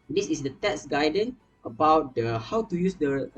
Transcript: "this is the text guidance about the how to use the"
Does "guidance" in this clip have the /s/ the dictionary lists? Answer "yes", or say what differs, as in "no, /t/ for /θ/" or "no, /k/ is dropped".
no, /s/ is dropped